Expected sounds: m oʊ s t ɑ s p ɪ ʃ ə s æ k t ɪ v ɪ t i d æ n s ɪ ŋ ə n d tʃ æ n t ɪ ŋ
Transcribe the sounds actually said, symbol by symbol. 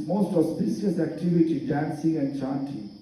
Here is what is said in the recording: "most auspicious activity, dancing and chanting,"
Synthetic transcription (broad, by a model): m oʊ s t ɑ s b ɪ s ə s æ k t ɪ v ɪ t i d æ n s ɪ ŋ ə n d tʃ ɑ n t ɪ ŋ